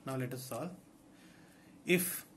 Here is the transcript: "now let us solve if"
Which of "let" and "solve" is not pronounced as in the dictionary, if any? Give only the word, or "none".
solve